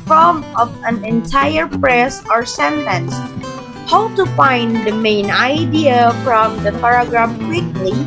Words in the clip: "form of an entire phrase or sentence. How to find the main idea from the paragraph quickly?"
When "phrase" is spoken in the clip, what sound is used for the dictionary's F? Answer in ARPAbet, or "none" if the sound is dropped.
P